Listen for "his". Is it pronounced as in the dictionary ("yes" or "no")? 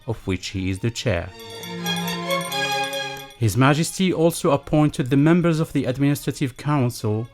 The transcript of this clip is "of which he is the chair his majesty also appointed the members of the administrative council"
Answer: yes